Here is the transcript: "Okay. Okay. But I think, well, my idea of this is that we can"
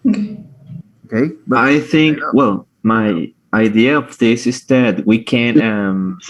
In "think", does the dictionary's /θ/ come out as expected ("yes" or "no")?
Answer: yes